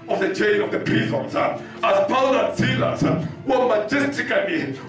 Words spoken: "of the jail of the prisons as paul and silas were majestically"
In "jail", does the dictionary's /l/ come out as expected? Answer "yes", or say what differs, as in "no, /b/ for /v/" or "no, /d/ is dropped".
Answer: no, /n/ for /l/